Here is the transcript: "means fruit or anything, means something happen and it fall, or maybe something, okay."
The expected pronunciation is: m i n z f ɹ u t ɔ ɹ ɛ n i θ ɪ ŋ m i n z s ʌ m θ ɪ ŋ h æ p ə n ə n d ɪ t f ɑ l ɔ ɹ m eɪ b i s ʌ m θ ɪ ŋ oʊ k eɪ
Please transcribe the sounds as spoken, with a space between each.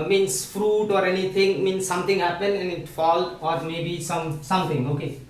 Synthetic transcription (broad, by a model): m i n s f ɹ u t ɔ ɹ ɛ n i t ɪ ŋ m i n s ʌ m t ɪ ŋ h æ p ə n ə n ɪ t f ɑ l ɔ ɹ m eɪ b i s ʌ m t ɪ ŋ oʊ k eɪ